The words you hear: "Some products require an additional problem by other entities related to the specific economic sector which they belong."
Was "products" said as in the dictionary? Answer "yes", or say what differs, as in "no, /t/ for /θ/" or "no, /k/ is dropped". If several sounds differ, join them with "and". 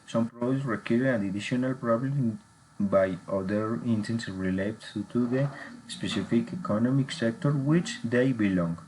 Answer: no, /k/ is dropped